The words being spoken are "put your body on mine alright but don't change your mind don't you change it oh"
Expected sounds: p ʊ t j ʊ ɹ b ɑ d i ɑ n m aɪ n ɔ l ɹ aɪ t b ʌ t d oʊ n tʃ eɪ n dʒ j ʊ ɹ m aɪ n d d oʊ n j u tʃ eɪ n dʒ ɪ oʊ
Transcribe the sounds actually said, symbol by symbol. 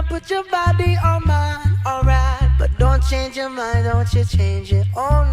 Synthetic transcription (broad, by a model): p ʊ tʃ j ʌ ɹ b ɑ d i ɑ m aɪ ɔ l ɹ aɪ t b ʌ t d oʊ n tʃ eɪ n dʒ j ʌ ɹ m aɪ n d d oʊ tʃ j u tʃ eɪ n dʒ ɪ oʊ